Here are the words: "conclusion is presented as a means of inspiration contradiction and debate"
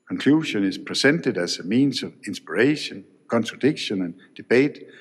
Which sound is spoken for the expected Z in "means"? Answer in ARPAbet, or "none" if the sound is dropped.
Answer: S